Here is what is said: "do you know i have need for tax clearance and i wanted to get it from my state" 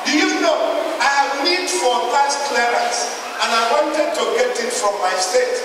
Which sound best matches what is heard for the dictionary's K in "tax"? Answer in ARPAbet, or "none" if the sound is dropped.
none